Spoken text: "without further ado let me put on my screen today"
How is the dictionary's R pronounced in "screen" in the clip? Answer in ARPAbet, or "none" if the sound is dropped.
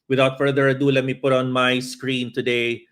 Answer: R